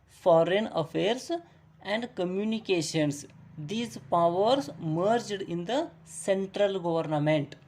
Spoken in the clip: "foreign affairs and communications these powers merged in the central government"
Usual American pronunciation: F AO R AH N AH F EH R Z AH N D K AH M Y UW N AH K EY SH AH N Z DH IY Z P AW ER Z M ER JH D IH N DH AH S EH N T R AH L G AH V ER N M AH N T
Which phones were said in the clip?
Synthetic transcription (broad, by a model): F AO R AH N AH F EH R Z AH N D K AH M Y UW N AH K EY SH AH N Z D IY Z P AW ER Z M ER JH D IH N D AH S EH N T R AH L G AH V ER N M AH N T